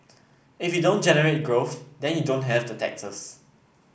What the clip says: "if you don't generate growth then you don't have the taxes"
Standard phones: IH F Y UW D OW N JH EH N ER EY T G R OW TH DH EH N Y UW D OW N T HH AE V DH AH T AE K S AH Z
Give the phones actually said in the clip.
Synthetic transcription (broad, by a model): IH F Y UW D OW N JH EH N ER EY T G R OW TH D EH N Y UW D OW N T HH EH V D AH T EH K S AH S